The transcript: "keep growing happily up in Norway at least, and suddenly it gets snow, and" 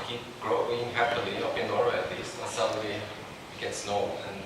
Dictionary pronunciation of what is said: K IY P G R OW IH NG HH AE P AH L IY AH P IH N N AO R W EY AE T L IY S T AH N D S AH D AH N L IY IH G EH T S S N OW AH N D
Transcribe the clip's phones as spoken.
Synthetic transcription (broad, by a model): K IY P G R OW IH NG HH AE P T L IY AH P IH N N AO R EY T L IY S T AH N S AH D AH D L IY IH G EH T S S N OW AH N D